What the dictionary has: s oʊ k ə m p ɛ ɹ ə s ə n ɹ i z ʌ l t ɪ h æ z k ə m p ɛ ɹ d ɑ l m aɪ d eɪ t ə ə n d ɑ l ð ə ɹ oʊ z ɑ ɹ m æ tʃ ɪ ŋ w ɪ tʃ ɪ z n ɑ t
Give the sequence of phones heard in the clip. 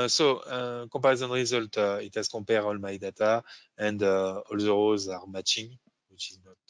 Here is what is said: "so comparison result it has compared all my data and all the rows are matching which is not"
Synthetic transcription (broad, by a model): s oʊ k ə p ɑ ɹ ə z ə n ɹ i z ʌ l t ɪ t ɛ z k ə p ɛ ɹ ɑ l m aɪ d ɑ t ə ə n d ɑ l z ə ɹ oʊ z ɑ ɹ m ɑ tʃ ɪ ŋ w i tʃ ɪ z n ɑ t